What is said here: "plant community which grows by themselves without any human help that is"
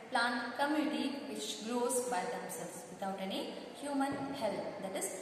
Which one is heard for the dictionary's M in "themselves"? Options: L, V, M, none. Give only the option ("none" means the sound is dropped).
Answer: none